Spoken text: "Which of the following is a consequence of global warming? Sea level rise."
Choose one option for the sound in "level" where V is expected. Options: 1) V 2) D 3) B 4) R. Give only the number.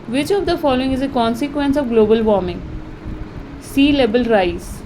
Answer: 3